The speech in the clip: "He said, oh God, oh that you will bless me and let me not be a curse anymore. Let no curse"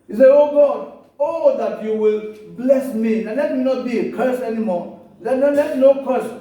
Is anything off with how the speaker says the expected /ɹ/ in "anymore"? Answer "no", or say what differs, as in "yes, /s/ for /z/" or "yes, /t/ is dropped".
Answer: yes, /l/ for /ɹ/